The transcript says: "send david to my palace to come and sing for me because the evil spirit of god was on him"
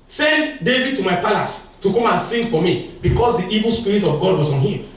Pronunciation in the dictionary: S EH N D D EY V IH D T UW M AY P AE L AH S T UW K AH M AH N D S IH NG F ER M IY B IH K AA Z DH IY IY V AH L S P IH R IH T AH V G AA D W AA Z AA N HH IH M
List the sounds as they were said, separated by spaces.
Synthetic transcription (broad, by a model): S EH N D D EY V IH D T UW M AY P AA L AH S T UW K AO M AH N S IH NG F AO M IY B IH K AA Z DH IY IY V AH L S P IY R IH T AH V G AA D W AA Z AA N HH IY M